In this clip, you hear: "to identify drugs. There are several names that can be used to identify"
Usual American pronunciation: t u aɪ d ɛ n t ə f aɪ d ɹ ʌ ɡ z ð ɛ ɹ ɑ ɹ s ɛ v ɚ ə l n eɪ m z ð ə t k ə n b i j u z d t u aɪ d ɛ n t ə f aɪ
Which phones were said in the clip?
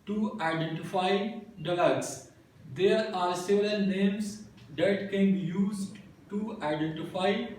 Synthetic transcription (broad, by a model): t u aɪ d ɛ n t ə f aɪ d l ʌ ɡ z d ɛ ɹ ɑ ɹ s ɛ v ɚ ə l n eɪ m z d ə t k ə n b i j u z d t u aɪ d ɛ n t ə f aɪ